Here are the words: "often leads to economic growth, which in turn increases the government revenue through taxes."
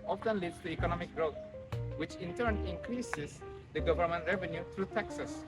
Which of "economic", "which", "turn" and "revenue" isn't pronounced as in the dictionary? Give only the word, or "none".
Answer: none